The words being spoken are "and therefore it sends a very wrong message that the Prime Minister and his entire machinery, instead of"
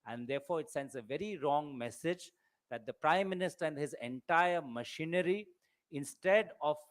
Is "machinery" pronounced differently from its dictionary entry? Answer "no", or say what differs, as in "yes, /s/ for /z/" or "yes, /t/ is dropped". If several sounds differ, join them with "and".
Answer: no